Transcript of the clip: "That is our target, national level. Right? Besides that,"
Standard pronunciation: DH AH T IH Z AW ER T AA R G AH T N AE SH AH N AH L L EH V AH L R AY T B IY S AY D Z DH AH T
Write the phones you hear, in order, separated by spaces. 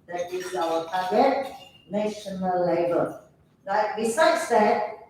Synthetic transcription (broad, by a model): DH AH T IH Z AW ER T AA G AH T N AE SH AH N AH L L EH B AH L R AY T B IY S AY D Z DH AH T